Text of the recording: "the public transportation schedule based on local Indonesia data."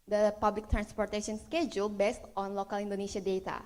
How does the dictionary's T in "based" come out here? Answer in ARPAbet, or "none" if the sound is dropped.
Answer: T